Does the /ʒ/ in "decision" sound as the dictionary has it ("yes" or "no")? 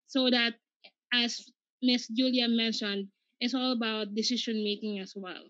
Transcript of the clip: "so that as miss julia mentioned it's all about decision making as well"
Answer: no